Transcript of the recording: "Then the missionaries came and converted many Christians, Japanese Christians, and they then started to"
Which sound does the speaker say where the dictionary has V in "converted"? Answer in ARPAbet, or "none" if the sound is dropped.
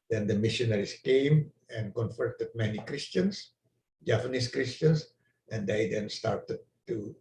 F